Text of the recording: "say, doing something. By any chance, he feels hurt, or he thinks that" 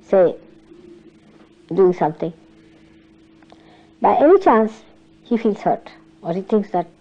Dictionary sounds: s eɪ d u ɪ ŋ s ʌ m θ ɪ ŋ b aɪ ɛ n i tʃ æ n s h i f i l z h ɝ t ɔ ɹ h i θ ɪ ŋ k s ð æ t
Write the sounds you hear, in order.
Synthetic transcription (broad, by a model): s eɪ d u ɪ ŋ s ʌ m t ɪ ŋ b aɪ ɛ n i tʃ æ n s h i f i l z h ɝ t ɔ ɹ h i t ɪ ŋ k s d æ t